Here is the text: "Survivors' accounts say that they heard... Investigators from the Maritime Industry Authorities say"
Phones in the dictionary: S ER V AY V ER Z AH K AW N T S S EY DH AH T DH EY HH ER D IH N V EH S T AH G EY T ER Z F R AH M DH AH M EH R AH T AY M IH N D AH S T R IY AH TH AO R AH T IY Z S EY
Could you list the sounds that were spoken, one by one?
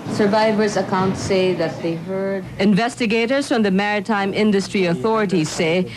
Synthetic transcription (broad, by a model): S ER V AY V ER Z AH K AW N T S S EY DH AH T DH EY HH ER D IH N V EH S T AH G EY T ER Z F R AH M DH AH M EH R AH T AY M IH N D AH S T R IY AH TH AO R AH T IY Z S EY